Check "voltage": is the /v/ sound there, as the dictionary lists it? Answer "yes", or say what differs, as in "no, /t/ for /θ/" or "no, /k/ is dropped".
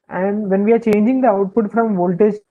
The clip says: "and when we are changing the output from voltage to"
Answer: yes